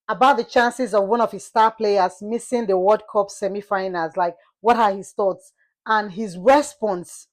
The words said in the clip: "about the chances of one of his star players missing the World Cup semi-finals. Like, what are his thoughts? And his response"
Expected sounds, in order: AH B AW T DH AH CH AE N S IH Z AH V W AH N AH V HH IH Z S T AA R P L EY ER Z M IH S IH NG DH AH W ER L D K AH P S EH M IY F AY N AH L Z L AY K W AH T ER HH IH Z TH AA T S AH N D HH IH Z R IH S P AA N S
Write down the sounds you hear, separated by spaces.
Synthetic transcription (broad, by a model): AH B AW T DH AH CH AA N S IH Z AH V W AH N AH V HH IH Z S T AA P L EY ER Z M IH S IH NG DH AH W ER D K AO P S EH M IY F AY N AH Z L AY K W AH T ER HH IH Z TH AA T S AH N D HH IH Z R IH S P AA N S